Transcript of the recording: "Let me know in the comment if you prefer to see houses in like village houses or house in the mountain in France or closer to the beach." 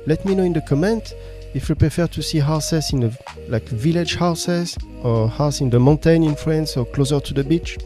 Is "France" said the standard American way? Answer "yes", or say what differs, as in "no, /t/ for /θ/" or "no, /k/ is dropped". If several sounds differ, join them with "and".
no, /l/ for /ɹ/